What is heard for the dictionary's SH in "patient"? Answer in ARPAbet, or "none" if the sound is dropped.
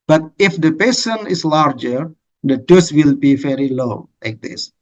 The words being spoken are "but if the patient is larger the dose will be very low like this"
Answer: S